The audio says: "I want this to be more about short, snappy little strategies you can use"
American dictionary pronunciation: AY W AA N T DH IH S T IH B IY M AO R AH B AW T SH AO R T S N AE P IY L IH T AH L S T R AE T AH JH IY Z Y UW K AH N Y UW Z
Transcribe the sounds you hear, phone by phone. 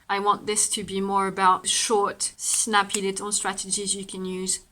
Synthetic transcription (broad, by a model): AY W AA N DH IH S T IH B IY M AO R AH B AW T SH AO R T S N AE P IY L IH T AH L S T R AE T AH JH IY Z Y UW K AH N Y UW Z